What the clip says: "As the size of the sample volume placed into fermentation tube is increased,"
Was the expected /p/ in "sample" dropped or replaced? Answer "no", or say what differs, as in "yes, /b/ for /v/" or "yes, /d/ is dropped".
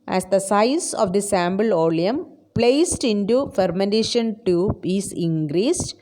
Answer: yes, /b/ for /p/